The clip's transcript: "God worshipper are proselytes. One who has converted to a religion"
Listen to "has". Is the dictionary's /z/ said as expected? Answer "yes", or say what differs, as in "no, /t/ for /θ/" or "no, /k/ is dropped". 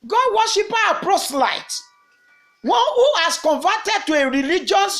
no, /s/ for /z/